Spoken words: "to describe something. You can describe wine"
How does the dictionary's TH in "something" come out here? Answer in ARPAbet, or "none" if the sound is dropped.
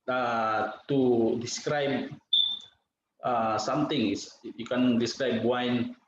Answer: T